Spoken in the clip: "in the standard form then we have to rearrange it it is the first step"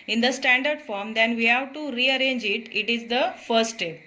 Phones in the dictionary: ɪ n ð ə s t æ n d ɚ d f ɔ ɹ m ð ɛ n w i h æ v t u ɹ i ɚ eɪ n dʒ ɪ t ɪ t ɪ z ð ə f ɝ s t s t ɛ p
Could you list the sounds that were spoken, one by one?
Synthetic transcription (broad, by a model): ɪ n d ə s t æ n d ɚ d f ɔ ɹ m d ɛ n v i h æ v t u ɹ i ɚ eɪ n dʒ ɪ t ɪ t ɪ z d ə f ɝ t s t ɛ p